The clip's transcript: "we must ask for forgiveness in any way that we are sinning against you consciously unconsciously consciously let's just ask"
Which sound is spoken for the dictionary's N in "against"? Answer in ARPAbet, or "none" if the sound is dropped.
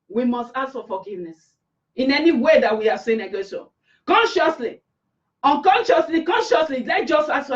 none